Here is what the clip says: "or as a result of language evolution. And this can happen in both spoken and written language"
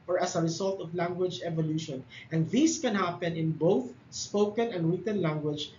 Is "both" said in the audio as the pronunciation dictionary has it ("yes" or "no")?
yes